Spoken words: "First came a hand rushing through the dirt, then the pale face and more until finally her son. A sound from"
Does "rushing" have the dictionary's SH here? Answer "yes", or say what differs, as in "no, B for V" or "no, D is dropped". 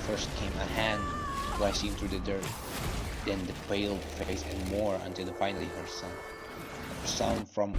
no, SH is dropped